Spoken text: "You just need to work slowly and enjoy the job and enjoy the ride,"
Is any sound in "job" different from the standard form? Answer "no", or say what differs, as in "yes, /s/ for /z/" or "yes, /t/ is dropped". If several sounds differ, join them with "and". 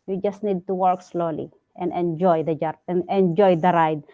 yes, /b/ is dropped